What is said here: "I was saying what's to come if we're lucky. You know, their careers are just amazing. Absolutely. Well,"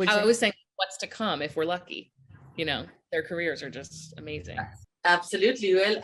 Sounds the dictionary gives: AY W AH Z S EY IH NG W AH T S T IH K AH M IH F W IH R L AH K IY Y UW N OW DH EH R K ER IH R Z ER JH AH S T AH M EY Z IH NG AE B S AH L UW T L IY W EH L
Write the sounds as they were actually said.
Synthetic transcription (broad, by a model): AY W AH Z S EY IH NG W AH T S T IH K AH M IH F W IH R L AH K IY Y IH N OW DH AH R K ER IH R Z ER JH AH S T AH M EY Z IH AE B S AH L UW T L IY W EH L